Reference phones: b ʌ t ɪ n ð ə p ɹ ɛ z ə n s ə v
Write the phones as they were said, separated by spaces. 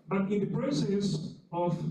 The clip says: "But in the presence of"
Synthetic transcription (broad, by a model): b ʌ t ɪ n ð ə p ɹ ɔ s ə s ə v